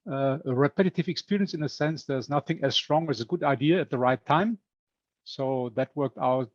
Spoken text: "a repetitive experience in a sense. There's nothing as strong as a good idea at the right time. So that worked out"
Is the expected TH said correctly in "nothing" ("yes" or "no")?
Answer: yes